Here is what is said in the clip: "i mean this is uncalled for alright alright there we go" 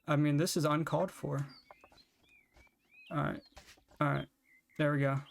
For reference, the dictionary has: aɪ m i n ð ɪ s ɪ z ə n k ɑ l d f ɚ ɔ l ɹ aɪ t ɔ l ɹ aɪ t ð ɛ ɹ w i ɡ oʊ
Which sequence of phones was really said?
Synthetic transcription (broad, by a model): aɪ m i n ð ɪ s ɪ z ə n k ɑ l d f ɚ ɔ ɹ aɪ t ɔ ɹ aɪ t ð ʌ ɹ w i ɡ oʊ